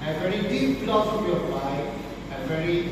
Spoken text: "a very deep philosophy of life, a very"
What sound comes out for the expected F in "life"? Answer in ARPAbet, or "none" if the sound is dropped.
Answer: none